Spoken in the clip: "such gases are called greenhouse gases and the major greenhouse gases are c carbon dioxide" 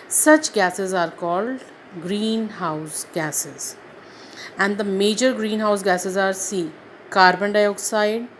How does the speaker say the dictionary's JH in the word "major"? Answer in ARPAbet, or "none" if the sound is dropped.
JH